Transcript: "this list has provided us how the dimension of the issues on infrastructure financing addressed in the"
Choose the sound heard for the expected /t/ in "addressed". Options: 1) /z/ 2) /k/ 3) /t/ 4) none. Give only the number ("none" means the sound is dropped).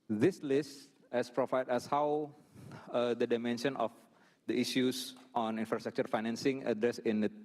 4